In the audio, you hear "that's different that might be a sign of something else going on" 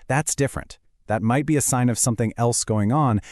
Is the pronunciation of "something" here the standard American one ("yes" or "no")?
yes